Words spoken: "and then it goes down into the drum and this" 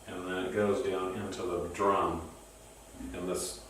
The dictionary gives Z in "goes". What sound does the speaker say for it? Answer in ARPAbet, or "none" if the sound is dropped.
Z